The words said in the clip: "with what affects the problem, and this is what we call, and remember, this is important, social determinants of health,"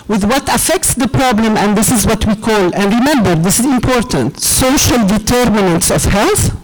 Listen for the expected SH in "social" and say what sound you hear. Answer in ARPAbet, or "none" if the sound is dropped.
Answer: SH